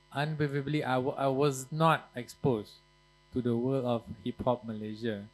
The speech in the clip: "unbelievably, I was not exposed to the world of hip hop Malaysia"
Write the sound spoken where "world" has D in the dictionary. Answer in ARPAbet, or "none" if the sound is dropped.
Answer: none